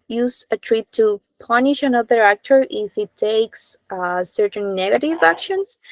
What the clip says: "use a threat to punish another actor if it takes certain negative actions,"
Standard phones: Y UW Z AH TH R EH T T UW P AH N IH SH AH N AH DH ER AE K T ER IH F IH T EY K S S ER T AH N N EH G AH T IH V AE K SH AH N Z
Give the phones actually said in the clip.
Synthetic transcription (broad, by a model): Y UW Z AH T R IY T T UW P AH N IH SH AH N AH DH ER AE K T ER IH F IH T EY K S S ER T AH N N EH G AH T IH V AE K SH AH N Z